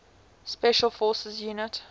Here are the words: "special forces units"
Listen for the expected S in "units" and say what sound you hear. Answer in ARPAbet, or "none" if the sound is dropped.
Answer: none